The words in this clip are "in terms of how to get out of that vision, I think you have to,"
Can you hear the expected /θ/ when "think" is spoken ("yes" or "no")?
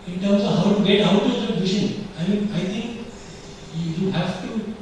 no